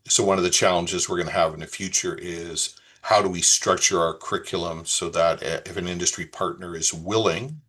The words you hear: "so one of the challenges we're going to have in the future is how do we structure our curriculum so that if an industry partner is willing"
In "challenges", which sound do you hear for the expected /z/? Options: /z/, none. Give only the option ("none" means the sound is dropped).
/z/